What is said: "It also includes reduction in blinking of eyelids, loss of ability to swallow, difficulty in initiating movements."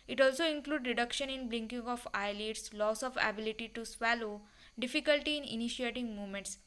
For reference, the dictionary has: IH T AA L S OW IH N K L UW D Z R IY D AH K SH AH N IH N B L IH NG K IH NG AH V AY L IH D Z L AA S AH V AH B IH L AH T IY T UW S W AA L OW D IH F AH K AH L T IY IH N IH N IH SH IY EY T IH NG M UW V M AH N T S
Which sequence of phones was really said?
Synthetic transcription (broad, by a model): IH T AA L S OW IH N K L UW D R IY D AH K SH AH N IH N B L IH NG K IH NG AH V AY L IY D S L AA S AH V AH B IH L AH T IY T UW S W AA L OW D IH F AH K AH L T IY N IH N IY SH IY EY T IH NG M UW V M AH N T S